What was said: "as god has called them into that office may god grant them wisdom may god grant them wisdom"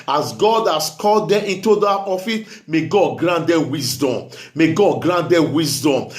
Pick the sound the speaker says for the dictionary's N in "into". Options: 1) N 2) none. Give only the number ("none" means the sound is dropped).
1